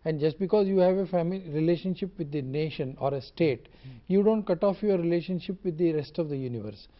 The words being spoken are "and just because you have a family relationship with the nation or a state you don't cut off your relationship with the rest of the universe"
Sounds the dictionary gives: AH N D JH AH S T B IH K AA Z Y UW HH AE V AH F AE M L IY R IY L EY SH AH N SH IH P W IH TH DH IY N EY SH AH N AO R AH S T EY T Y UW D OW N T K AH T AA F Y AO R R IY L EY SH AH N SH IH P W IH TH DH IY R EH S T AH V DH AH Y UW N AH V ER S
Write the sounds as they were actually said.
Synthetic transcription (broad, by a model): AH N D JH AH S T B IH K AA Z Y UW HH AE V AH F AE M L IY R IY L EY SH AH N SH IH P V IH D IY N EY SH AH N AO R AH S T EY T Y UW D OW N T K AH T AA F Y AO R R IY L EY SH AH N SH IH P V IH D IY R EH S T AH V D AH Y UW N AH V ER S